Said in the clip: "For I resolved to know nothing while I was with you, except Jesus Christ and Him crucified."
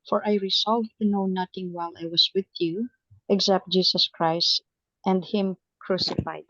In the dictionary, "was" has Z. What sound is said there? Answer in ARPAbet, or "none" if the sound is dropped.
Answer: S